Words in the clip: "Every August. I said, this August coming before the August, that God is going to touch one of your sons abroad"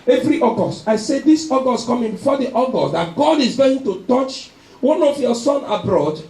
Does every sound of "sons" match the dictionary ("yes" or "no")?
no